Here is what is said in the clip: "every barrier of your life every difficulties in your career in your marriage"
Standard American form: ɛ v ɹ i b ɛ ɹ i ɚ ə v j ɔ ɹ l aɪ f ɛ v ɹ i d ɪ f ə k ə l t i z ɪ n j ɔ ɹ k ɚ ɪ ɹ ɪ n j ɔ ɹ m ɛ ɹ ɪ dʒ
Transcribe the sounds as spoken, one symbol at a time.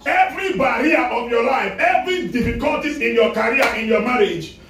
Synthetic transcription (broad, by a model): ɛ v ɹ i b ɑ ɹ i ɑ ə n j ɔ l aɪ f ɛ v ɹ i d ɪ f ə k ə l t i ɪ n j ɔ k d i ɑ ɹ ɪ n j ɔ m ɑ ɹ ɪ dʒ